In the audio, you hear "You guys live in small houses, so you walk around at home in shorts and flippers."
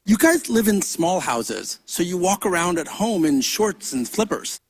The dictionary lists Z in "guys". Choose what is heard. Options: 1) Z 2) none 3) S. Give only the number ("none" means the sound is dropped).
1